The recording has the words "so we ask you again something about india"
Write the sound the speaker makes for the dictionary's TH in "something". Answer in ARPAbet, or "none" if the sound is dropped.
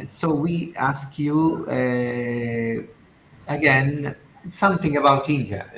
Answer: TH